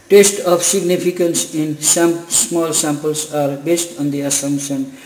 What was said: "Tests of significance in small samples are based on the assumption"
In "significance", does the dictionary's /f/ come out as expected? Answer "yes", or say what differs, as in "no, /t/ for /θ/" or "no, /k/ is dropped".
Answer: no, /p/ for /f/